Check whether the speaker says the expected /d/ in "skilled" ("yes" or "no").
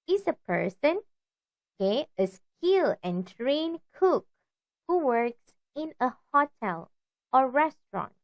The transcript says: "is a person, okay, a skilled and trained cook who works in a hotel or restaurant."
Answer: no